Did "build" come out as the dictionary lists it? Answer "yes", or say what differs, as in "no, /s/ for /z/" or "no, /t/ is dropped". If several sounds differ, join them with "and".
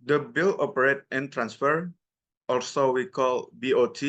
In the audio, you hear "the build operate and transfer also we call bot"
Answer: no, /d/ is dropped